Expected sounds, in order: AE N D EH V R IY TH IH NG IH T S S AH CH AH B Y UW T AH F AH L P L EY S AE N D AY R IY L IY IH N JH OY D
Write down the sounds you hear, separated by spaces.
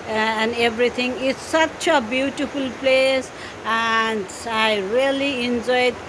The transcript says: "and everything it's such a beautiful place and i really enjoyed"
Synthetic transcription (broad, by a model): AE N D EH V R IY T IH NG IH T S S AH CH AH B Y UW T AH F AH L P L EY S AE N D AY R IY L IY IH N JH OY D